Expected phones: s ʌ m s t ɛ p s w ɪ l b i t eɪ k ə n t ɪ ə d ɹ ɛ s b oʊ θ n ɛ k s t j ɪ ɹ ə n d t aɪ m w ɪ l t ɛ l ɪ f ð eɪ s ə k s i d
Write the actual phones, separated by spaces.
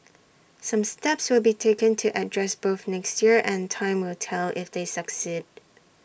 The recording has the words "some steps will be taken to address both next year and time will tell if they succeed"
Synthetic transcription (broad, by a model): s ʌ m s t ɛ p s w ɪ l b i t eɪ k ə n t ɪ ə d ɹ ɛ s b oʊ θ n ɛ k s t j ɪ ɹ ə n t aɪ m w ɪ l t ɛ l ɪ f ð eɪ s ə k s i d